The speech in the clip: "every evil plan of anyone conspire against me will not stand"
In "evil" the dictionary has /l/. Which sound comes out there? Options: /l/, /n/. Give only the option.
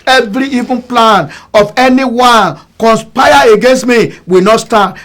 /n/